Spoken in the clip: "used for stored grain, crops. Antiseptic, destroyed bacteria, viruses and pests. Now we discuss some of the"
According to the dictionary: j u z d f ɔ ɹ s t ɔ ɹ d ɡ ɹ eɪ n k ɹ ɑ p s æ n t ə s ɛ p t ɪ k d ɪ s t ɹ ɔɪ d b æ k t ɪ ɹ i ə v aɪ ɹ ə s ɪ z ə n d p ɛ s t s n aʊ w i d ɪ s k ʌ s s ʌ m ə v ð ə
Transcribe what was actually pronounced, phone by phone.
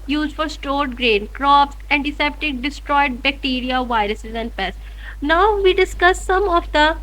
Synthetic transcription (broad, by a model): j u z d f ɔ ɹ s t ɔ ɹ d ɡ ɹ eɪ n k ɹ ɑ p s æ n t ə s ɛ p t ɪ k d ɪ s t ɹ ɔɪ d b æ k t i ɹ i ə v aɪ ɹ ə s ɪ z ə n d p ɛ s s n aʊ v i d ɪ s k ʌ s s ʌ m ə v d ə